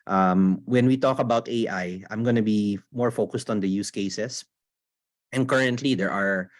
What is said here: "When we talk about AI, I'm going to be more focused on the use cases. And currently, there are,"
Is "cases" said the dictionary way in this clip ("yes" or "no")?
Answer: no